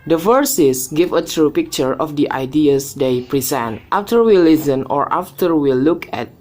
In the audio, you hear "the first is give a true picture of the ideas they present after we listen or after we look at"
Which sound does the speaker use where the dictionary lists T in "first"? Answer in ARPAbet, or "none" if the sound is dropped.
none